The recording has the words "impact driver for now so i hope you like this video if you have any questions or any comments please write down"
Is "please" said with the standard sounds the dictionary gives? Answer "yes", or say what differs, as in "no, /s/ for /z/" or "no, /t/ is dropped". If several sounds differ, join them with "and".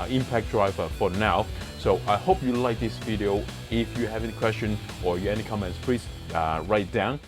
no, /s/ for /z/